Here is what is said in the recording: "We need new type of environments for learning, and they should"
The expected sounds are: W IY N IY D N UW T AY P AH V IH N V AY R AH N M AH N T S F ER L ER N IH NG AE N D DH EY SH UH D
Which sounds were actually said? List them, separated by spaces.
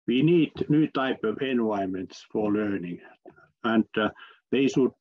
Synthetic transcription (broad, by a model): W IY N IY D N UW T AY P AH V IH N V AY AH M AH N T S F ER L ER N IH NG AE N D DH EY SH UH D